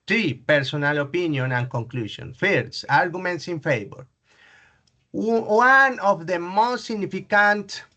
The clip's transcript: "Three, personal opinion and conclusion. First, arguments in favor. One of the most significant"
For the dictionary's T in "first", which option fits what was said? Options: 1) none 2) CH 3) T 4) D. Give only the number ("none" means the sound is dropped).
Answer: 1